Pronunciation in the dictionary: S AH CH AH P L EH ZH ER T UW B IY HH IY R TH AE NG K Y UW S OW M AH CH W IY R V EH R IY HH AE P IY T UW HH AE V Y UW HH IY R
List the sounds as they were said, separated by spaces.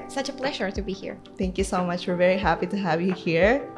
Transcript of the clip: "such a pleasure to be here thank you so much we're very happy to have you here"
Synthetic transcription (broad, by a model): S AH CH AH P L EH ZH ER T UW B IY HH IY R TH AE NG K Y UW S OW M AH CH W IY R V EH R IY HH AE P IY T UW HH AE V Y UW HH IY R